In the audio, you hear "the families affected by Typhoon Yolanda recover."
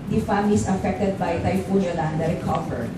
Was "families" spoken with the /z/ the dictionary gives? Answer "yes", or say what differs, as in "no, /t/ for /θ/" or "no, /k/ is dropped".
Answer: no, /s/ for /z/